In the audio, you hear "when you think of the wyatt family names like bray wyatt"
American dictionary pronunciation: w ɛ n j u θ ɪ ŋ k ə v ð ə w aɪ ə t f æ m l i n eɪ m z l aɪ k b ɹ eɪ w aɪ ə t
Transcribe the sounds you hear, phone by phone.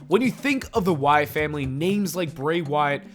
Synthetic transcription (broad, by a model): w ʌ n j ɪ θ ɪ ŋ k ə v ð ə w aɪ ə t f æ m l i n eɪ m z l aɪ k b ɹ eɪ w aɪ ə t